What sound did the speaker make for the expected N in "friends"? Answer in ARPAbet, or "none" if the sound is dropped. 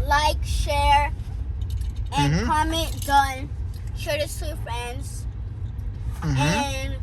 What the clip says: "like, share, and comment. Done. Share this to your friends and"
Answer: N